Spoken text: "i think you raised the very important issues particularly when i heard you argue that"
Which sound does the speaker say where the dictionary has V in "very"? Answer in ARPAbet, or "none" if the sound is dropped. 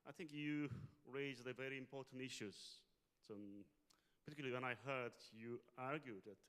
V